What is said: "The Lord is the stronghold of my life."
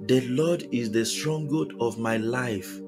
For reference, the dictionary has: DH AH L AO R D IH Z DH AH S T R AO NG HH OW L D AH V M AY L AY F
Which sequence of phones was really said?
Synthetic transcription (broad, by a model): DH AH L AO D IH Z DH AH S T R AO NG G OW D AH V M AY L AY F